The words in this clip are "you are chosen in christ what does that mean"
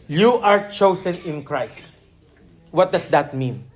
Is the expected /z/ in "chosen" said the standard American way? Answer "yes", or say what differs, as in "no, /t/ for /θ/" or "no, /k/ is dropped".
no, /s/ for /z/